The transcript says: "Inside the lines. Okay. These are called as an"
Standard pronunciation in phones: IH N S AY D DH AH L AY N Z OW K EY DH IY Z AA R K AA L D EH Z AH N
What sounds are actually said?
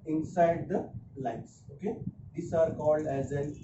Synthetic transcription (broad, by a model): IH N S AY D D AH L AY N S OW K EY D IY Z AA R K AA L D EH Z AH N